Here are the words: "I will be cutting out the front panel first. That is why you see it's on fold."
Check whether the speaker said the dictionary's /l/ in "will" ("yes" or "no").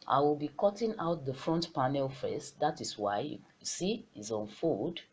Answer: yes